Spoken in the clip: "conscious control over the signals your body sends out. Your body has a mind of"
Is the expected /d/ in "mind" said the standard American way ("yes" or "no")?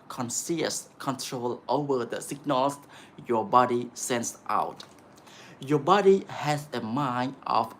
no